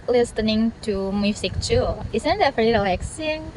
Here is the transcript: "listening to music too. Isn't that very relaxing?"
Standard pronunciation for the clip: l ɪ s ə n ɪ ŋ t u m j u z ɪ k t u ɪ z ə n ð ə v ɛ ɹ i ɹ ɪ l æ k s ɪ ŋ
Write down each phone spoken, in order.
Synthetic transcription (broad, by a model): l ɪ s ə n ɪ ŋ t u m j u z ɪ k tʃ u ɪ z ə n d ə f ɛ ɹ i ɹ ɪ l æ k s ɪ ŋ